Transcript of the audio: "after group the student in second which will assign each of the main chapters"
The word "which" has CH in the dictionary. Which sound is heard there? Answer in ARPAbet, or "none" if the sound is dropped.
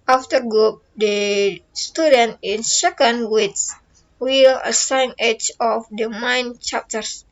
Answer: S